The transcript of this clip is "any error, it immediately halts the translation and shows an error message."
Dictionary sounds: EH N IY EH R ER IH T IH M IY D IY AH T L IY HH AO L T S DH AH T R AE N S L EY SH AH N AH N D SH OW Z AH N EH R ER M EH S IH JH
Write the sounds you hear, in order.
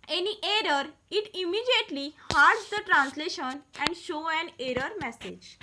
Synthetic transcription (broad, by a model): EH N IY EH R ER IH T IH M IY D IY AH T L IY HH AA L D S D AH T R AE N S L EY SH AH N AH N D SH OW AH N EH R ER M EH S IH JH